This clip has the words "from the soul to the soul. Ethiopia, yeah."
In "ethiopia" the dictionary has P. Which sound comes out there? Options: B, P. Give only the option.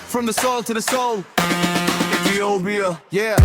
B